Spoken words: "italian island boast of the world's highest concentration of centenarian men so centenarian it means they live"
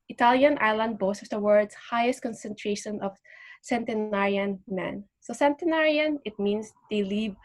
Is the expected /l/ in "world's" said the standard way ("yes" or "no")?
no